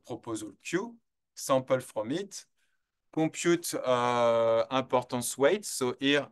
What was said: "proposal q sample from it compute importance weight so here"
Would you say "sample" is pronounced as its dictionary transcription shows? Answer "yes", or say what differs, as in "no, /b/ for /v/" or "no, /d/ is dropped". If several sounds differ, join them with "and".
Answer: no, /m/ is dropped